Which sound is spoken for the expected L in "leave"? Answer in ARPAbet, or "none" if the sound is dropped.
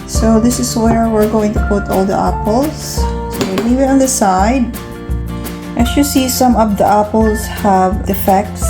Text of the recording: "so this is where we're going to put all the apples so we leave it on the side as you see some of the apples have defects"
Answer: W